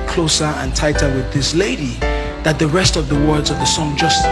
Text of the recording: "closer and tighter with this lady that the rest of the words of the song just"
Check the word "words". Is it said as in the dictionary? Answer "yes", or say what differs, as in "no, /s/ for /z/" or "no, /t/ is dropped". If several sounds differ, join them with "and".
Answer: yes